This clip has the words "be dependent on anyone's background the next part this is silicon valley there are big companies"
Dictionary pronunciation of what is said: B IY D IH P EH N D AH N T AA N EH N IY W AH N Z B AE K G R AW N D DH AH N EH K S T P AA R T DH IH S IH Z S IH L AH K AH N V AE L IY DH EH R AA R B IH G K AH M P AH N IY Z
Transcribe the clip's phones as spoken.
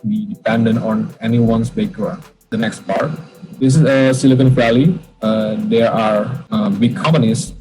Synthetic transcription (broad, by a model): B IY D IH P EH N D AH N T AA N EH N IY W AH N S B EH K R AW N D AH N EH K S T P AA R T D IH S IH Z S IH L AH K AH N F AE L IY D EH R AA R B IH G K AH M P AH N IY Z